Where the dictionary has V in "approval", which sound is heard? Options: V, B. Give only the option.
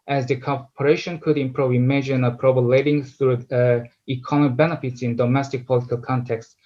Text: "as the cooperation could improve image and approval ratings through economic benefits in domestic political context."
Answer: B